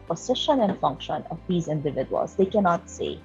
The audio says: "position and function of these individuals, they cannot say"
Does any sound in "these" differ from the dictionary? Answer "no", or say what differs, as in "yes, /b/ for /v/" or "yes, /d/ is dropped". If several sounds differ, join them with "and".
no